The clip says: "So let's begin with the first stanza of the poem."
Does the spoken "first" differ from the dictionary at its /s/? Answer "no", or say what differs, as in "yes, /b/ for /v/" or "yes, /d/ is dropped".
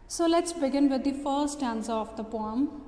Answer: yes, /s/ is dropped